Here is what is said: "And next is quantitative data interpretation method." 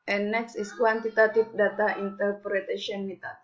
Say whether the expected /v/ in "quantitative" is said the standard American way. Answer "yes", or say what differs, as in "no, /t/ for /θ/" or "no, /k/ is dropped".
no, /p/ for /v/